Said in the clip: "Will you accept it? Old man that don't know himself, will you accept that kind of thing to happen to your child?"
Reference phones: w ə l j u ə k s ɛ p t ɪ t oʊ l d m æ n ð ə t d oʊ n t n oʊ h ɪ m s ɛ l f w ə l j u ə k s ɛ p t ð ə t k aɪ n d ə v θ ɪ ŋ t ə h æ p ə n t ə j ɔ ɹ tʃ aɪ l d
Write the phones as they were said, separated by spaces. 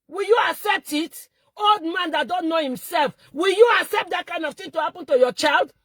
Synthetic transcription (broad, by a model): w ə l j u ə k s ɛ p t ɪ t oʊ l d m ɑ n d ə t d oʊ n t n oʊ h ɪ m s ɛ l f w ə l j u ə k s ɛ p t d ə t k aɪ n d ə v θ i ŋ t ə h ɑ p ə n t ə j ɔ tʃ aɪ l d